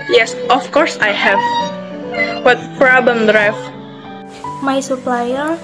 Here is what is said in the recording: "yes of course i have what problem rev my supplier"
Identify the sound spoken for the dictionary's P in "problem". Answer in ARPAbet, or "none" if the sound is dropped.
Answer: F